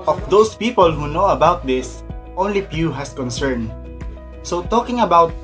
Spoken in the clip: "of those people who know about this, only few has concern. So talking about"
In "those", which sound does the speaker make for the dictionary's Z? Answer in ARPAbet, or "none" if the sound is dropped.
S